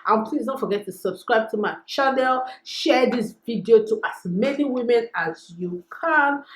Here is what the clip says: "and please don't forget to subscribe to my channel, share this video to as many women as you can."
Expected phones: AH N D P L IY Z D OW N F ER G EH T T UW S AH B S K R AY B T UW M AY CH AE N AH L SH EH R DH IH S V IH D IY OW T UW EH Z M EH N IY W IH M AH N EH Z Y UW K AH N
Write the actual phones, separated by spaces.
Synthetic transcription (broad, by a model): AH N P L IY Z D OW N F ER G EH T T UW S AH B S K R AY B T UW M AY CH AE N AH L SH EH R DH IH S V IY D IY OW T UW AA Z M EH N IY W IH M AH N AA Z Y UW K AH N